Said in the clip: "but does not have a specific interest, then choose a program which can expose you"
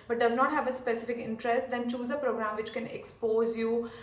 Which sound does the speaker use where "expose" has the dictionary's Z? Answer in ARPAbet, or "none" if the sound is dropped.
Z